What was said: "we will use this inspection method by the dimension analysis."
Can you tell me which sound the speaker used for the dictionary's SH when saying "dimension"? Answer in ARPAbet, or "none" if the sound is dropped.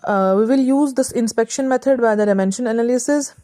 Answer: SH